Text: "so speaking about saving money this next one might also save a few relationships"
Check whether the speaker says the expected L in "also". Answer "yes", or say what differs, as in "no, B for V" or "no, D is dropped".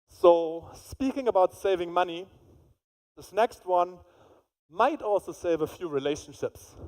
yes